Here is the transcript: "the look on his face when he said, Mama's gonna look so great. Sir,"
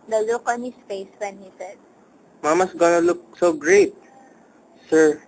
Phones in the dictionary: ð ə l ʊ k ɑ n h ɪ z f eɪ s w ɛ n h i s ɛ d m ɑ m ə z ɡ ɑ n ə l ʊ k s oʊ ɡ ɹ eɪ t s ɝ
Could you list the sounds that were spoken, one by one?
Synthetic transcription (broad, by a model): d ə l ʊ k ɑ n h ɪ s f eɪ s w ɛ n h i s ɛ d m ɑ m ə s ɡ ɑ n ə l ʊ k s oʊ ɡ ɹ eɪ t s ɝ